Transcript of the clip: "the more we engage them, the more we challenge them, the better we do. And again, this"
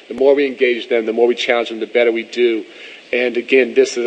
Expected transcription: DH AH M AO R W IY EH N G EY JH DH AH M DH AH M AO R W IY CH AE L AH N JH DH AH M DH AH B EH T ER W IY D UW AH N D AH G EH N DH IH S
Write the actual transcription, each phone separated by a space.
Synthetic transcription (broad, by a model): DH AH M AO R W IY EH N G EY JH DH AH M DH AH M AO R W IY CH AE L AH N JH DH AH M DH AH B EH T ER W IY D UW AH N AH G EH N DH IH S